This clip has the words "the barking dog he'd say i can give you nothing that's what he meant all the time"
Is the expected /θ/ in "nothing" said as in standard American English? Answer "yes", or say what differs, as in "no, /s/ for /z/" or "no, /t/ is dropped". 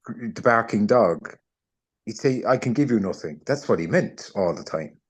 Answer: yes